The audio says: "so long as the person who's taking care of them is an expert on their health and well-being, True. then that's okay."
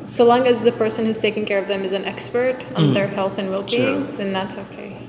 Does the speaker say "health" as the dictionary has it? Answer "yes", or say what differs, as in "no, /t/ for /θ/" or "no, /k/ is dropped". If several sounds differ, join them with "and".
yes